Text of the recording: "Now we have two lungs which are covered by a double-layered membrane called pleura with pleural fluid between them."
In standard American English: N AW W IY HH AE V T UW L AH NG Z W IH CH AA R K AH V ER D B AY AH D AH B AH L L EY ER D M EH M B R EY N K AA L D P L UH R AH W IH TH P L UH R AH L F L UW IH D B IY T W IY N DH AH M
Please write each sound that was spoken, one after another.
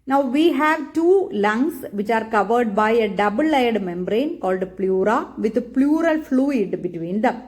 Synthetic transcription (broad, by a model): N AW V IY HH AE V T UW L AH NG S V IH CH AA R K AH V ER D B AY AH D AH B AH L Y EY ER D M EH M B R EY N K AA L D P L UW R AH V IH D P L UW R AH L F L UW IH D B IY T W IY N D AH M